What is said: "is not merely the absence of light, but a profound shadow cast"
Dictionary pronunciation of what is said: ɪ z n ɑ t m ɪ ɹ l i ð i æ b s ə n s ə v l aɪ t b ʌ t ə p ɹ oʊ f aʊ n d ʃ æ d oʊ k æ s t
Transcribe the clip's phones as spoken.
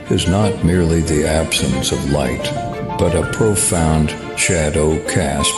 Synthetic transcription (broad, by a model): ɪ z n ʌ t m ɪ ɹ l i ð i æ b s ə n s ə v l aɪ t b ʌ t ə p ɹ oʊ f aʊ n d ʃ æ d oʊ k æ s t